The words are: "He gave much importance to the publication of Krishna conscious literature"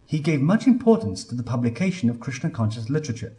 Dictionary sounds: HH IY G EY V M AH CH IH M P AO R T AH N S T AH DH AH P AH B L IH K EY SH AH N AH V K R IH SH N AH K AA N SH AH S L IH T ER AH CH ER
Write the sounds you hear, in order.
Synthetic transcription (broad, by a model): HH IY G EY V M AH CH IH M P AO R T N S T AH DH AH P AH B L IH K EY SH AH N AH V K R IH S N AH K AA N SH AH S L IH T ER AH CH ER